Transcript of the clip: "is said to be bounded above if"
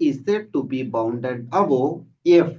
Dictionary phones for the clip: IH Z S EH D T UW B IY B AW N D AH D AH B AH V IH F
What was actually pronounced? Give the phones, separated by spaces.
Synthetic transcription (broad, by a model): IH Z S EH D T UW B IY B AW N D AH D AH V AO IH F